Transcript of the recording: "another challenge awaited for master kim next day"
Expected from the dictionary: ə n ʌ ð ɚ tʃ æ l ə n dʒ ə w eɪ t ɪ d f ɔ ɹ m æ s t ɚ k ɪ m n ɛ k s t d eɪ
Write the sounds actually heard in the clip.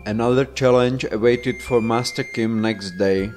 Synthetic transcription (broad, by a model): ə n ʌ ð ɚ tʃ æ l ə n dʒ ə w eɪ t ɪ d f ɔ ɹ m æ s t ɚ k ɪ m n ɛ k s t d eɪ